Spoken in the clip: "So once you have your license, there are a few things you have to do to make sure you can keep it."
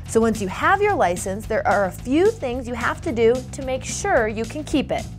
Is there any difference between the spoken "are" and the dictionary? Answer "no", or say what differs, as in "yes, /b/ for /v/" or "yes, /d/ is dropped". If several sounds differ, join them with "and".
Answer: no